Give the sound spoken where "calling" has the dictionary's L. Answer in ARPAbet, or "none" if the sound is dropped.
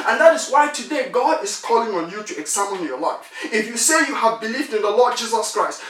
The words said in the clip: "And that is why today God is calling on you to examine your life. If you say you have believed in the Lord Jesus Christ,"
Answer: L